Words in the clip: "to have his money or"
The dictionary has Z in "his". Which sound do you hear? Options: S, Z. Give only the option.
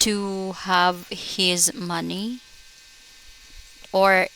Z